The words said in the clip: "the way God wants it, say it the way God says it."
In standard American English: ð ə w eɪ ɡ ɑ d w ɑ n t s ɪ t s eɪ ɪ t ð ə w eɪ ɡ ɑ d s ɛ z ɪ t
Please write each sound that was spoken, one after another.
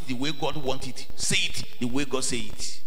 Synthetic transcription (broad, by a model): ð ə w eɪ ɡ ɑ d w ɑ n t ɪ t s eɪ ɪ t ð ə w eɪ ɡ ɑ d s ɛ ɪ t